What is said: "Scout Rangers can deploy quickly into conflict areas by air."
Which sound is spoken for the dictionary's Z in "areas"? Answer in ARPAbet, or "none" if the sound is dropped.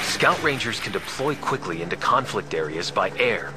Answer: Z